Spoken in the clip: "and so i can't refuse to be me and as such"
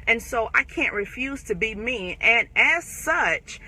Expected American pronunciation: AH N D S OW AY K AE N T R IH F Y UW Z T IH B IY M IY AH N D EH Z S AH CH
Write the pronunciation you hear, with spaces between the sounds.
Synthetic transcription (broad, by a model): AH N S OW AY K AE N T R IH F Y UW Z T IH B IY M IY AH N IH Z S AH CH